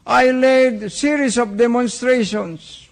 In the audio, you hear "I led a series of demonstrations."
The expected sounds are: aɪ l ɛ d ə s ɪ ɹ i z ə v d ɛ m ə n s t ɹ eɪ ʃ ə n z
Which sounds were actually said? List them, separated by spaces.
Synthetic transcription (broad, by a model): aɪ l ɛ d s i ɹ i s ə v d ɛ m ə n s t ɹ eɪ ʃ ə n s